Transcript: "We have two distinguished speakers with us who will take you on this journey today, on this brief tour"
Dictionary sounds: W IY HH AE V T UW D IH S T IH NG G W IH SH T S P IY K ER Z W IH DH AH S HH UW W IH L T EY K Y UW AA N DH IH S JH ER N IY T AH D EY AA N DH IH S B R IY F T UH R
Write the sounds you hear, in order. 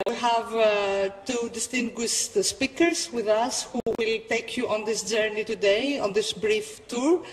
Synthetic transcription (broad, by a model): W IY HH AE V T UW D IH S T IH NG G W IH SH T S P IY K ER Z W IH DH AH S HH UW W IH L T EY K Y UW AA N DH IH S JH ER N IY T AH D EY AA N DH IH S B R IY F T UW R